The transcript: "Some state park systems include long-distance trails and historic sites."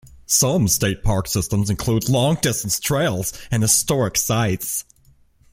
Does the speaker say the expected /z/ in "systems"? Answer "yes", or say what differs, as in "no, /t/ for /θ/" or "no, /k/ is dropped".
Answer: yes